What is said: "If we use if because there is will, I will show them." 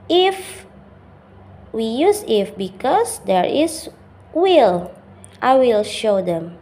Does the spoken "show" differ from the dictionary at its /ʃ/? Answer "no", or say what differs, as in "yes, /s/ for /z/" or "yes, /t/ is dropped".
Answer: no